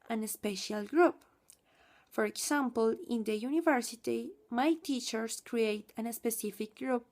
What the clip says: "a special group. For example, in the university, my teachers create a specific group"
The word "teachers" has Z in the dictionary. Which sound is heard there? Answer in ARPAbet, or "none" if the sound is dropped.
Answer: S